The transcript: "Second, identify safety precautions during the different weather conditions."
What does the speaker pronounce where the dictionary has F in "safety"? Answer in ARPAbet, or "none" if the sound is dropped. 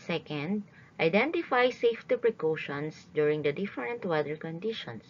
F